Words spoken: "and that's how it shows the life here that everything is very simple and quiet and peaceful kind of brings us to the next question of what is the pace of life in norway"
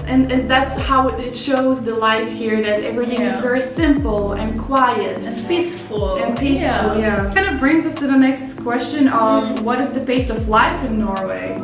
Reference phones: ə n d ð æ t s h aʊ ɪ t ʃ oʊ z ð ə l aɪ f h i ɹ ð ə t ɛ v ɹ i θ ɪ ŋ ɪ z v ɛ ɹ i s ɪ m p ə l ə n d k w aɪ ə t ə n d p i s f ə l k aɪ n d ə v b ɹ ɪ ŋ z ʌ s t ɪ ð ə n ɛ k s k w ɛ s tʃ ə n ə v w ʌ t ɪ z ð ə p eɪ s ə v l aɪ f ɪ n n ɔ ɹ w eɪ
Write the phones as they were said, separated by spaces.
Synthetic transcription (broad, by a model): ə n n ð æ t s h aʊ ɪ t ʃ oʊ z ð ə l aɪ f h i ɹ ð ə t ɛ v ɹ i θ ɪ ŋ ɪ z v ɛ ɹ i s ɪ m p l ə n k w aɪ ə t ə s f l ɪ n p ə l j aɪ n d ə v b ɹ ɪ ŋ z ʌ s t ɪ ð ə n ɛ k s k w ɛ s tʃ ə n ə v w ʌ t ɪ z ð ə b eɪ s ə v l aɪ f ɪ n n ɔ ɹ w eɪ